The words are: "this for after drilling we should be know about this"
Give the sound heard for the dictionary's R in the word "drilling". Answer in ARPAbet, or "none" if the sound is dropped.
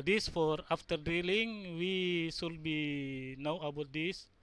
none